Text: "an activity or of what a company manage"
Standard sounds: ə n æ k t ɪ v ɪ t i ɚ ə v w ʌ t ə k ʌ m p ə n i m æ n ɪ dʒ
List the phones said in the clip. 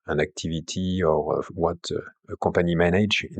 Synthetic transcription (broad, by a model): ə n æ k t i v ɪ t i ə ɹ w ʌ t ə k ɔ p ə n i m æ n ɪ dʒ